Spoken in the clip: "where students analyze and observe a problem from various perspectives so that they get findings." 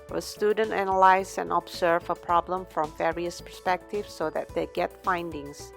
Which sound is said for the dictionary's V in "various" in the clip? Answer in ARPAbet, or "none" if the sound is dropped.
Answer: V